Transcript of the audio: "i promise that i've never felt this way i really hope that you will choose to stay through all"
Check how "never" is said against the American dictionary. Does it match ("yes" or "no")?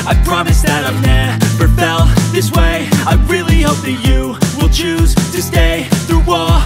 no